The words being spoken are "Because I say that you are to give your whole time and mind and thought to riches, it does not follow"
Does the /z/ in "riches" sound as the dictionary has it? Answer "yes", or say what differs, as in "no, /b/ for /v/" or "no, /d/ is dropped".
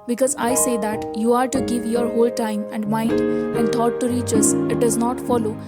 no, /s/ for /z/